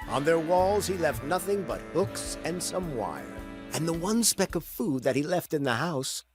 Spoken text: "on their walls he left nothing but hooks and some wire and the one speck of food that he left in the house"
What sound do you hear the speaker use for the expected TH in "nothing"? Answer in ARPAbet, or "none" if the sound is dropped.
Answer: TH